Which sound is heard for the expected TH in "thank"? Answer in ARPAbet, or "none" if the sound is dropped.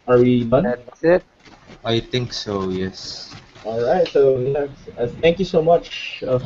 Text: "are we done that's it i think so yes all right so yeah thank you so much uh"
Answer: T